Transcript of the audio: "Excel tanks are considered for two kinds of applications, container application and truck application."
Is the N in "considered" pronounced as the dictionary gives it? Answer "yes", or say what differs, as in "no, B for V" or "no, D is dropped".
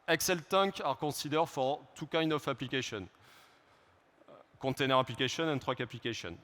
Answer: no, N is dropped